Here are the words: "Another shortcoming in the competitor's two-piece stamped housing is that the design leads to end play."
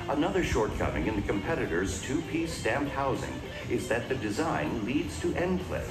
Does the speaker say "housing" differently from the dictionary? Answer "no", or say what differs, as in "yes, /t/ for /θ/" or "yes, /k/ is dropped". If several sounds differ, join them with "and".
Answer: no